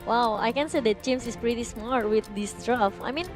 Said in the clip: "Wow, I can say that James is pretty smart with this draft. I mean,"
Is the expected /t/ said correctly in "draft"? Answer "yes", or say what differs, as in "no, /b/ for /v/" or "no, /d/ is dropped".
no, /t/ is dropped